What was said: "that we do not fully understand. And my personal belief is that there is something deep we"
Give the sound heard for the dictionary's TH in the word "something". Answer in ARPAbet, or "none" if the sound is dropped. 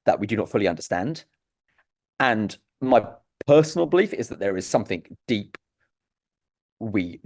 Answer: TH